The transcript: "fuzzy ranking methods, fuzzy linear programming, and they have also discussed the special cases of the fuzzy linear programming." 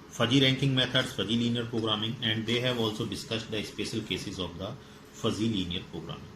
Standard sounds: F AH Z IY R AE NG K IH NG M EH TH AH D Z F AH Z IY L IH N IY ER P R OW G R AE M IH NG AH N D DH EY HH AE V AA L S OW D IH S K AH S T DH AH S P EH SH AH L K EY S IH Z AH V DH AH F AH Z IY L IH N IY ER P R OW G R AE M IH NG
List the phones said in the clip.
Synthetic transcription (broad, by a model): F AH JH IY R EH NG K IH NG M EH T AH D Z F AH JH IY L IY N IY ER P R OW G R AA M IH NG AH N D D EY HH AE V AA L S OW D IH S K AH S T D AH S P EH SH AH L K EY S IH Z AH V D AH F AH Z IY L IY N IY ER P R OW G R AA M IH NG